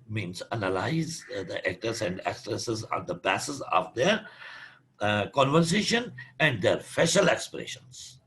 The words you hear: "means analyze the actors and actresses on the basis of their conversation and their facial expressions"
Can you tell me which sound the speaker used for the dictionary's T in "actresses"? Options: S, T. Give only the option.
S